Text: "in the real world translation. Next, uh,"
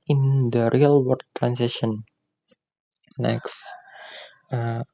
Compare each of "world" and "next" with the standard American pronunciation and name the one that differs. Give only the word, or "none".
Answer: world